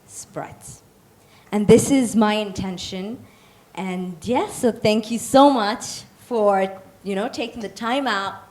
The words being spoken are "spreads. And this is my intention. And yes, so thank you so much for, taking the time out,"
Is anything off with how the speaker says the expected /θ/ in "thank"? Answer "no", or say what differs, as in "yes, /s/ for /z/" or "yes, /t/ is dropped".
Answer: no